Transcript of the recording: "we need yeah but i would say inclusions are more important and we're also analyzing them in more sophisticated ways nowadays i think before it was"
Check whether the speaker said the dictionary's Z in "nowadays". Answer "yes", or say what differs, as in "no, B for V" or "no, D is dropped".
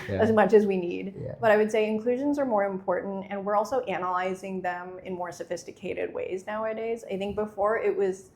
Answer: yes